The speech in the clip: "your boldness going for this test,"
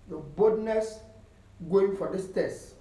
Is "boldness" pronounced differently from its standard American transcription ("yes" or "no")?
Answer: yes